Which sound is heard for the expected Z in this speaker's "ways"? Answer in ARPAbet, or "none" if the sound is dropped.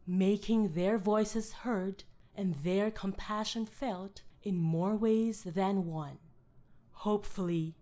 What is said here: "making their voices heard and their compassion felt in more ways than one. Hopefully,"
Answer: Z